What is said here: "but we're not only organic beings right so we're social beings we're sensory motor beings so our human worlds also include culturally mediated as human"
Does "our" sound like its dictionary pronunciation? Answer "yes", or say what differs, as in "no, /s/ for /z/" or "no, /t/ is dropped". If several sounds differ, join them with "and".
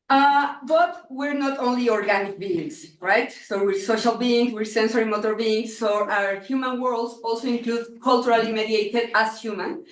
yes